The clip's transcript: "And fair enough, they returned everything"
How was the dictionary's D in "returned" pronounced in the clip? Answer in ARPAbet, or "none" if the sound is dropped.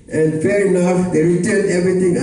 none